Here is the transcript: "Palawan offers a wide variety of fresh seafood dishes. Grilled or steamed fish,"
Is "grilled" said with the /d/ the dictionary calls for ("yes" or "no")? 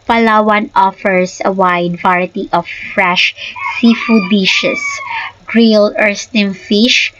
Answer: no